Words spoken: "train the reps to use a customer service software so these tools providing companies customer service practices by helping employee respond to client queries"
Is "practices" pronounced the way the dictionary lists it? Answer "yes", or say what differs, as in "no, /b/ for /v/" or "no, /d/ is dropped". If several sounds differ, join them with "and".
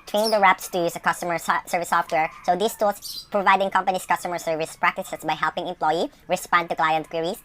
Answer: no, /s/ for /z/